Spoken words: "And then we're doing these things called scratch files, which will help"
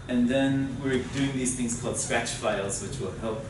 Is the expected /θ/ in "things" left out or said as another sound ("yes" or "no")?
no